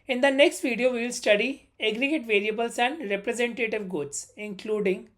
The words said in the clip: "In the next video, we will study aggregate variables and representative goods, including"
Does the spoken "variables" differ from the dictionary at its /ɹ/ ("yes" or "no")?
yes